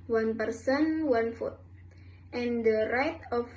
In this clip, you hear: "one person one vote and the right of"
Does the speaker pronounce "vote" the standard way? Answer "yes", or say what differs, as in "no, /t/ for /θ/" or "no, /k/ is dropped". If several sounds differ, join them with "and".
no, /f/ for /v/